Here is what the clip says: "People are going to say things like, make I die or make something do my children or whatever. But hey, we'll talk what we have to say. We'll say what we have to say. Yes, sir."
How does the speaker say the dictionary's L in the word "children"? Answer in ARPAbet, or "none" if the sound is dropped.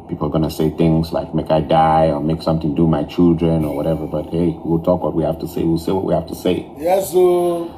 L